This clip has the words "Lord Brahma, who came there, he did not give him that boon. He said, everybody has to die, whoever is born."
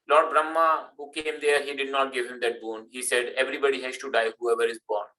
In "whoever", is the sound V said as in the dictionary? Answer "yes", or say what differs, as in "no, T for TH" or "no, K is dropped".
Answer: yes